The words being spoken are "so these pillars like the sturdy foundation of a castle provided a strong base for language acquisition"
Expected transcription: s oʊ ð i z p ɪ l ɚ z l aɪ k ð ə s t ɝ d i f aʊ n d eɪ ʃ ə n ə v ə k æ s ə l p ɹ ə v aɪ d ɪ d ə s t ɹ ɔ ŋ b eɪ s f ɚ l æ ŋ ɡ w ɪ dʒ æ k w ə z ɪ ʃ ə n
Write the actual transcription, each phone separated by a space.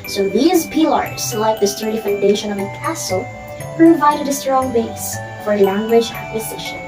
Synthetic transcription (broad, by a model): s oʊ ð i z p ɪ l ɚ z l aɪ k ð ə s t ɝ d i f aʊ n d eɪ ʃ ə n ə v ə k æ s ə l p ɹ ə v aɪ d ɪ d ə s t ɹ ɔ ŋ b eɪ s f ɚ l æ ŋ ɡ w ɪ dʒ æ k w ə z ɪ ʃ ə n